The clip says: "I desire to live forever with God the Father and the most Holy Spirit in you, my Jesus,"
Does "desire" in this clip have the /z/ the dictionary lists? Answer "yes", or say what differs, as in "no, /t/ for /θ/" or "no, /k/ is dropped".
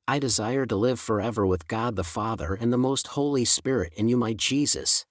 yes